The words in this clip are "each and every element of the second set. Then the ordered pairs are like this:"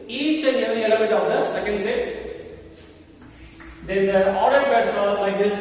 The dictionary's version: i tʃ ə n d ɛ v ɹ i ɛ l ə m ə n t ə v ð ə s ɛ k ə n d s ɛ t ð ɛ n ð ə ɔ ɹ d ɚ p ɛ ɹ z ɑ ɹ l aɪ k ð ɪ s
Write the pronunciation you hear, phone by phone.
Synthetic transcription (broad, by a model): i tʃ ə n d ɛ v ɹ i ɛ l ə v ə t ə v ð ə s ɛ k ə n d s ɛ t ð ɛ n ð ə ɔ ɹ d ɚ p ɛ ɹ s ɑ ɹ l aɪ k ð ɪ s